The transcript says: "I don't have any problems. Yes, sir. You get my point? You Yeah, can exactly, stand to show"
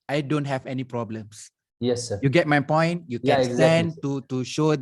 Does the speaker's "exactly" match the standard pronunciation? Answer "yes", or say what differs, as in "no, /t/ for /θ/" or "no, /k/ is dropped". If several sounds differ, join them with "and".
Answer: no, /l/ is dropped